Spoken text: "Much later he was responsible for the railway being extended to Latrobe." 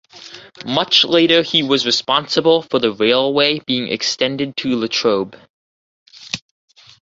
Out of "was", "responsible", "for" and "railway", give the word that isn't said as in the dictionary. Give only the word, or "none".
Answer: none